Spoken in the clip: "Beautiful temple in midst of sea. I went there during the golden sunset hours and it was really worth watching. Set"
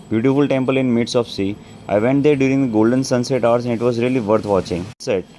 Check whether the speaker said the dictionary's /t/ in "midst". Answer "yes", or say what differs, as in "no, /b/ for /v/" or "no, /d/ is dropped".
no, /t/ is dropped